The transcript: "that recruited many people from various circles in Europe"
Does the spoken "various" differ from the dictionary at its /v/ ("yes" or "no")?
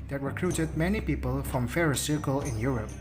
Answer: yes